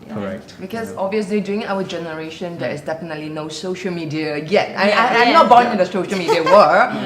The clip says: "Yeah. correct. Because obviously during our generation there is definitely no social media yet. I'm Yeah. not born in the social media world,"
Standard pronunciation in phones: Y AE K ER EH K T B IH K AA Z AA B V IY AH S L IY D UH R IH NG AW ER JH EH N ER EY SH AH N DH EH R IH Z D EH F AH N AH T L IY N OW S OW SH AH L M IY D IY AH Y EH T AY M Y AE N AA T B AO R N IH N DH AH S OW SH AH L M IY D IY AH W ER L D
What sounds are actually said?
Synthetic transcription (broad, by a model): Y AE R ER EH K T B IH K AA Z AA B V IY AH S L IY D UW IH NG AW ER JH EH N ER EY SH AH N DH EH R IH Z D EH F AH N AH T L IY N OW S OW SH AH L M IY D IY AH Y EH T AY M N AA T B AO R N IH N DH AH S OW SH AH L M IY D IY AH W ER